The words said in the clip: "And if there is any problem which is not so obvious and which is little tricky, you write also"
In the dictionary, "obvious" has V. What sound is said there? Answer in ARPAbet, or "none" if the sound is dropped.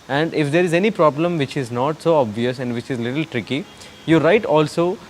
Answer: V